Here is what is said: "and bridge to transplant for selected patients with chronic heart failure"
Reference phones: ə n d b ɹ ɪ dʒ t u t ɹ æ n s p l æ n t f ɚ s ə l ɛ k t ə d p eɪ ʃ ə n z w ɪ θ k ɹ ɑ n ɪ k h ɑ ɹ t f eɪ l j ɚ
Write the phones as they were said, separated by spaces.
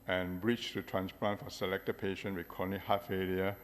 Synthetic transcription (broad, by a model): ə n b ɹ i tʃ t u t ɹ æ n s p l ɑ n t f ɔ s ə l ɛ k t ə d p eɪ ʃ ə n w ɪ k ɑ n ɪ h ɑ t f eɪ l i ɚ